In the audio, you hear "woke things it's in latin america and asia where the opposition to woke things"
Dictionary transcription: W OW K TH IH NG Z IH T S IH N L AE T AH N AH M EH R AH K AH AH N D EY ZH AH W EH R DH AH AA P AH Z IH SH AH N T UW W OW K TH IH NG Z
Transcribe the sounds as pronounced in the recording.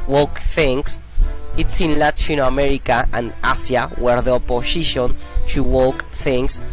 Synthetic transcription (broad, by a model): W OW K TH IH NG S IH T S IH N L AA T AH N AH M EH R AH K AH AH N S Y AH W EH R DH AH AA P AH S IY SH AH N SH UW W OW K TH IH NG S